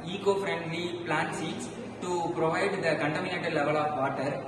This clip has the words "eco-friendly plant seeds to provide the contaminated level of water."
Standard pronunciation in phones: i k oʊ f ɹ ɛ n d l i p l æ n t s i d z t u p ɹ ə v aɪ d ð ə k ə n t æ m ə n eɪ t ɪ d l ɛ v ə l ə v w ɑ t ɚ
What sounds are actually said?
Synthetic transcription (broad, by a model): i k oʊ f ɹ ɛ n d l i p l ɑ n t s i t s t u p ɹ ə v aɪ d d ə k ə n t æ m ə n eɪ t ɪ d l ɛ v ə l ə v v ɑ t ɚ